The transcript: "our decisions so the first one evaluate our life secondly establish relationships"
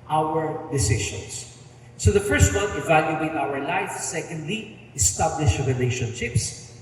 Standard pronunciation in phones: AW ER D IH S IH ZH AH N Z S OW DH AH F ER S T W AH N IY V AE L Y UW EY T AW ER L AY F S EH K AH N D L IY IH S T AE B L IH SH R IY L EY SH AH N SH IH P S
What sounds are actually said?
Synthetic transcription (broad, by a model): AW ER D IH S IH SH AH N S S OW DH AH F ER S T W AH N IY V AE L Y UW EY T AW ER L AY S S EH K AH N D L IY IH S T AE B L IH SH R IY L EY SH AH N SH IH P S